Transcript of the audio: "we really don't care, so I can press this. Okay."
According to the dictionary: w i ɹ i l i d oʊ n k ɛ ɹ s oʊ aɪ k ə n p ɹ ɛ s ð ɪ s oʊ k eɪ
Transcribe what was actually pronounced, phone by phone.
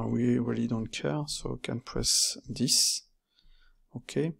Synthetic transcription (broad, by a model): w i w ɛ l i d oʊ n k ɛ ɹ s oʊ k ə n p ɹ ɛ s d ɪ s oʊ k eɪ